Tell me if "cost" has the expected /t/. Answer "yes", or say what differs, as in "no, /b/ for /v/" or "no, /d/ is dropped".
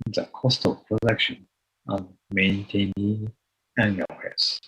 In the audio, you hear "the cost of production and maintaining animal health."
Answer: yes